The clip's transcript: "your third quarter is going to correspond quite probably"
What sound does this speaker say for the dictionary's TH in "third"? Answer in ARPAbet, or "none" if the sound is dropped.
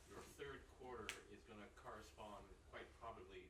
TH